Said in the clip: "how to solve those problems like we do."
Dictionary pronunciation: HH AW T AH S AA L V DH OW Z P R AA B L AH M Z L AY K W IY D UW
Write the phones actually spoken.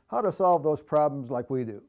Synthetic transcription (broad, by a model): HH AW T AH S AA L V DH OW Z P R AA B L AH M Z L AY K W IY D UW